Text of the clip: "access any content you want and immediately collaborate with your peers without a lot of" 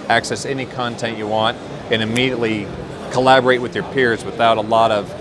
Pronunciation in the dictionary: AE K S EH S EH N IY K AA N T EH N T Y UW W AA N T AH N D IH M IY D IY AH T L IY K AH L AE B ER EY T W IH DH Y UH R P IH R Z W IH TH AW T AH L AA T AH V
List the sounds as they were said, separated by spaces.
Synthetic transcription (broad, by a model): AE K S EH S EH N IY K AA N T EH N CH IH W AA N T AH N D IH M IY D IY AH T L IY K AH L AE B ER EY T W IH DH Y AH R P IH R Z W IH TH AW T AH L AA T AH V